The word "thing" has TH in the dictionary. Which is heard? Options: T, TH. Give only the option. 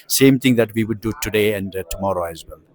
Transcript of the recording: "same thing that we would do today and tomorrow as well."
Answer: T